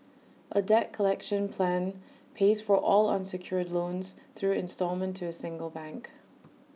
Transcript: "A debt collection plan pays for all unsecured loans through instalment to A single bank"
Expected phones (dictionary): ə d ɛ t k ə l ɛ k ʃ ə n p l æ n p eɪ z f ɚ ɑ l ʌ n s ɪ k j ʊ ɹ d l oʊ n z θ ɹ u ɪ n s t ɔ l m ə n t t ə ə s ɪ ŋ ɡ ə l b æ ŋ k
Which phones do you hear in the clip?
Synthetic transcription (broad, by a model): ə d ɛ t k ə l ɛ k ʃ ə n p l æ n p eɪ z f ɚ ɑ l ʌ n s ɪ k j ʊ ɹ d l oʊ n z θ ɹ u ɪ n s t ɔ l m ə n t t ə ə s ɪ ŋ ɡ ə l b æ ŋ k